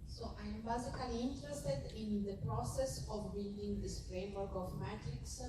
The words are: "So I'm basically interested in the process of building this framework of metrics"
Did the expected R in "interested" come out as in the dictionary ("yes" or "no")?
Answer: yes